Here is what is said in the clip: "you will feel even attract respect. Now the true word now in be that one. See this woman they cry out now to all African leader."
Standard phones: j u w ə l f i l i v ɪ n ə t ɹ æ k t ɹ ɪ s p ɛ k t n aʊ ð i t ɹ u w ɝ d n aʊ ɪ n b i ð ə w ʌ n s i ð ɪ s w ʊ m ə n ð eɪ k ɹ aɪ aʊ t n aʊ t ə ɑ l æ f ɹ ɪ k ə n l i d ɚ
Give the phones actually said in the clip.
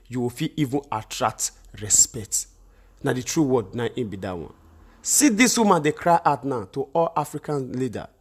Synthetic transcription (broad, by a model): j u w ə f i l i v ɪ n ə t ɹ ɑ k t ɹ ɪ s p ɛ k t n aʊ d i t ɹ u w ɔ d n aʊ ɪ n b i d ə w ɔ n s i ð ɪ s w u m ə n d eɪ k ɹ aɪ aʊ t n aʊ t ə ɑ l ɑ f ɹ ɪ k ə n l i d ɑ